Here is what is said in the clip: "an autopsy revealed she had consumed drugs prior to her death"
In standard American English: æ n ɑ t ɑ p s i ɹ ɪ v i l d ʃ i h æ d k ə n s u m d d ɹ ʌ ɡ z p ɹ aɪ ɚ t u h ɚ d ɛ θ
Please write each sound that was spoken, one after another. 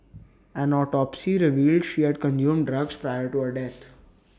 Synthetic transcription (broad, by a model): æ n ɑ t ɑ p s i ɹ ɪ v i l d ʃ i h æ d k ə n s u m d d ɹ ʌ ɡ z p ɹ aɪ ɚ t u h ɚ d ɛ t